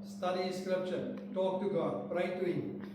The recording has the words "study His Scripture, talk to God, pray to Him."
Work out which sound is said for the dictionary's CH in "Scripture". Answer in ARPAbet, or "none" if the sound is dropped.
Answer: SH